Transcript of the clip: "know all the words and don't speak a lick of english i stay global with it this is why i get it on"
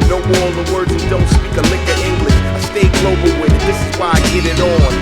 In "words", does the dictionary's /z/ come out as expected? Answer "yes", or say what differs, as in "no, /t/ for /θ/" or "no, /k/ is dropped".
no, /z/ is dropped